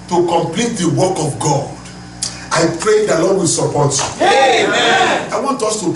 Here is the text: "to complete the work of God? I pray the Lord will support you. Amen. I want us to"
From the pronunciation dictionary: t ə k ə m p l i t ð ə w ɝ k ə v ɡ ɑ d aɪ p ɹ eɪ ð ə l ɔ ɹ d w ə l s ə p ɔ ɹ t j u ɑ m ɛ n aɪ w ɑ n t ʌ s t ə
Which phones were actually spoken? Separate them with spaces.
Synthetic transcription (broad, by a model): t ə k ə m p l i t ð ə w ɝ k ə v ɡ ɑ d aɪ p ɹ eɪ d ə l ɔ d w ə l s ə p ɔ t j u ɑ ɪ w ɑ n t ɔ s t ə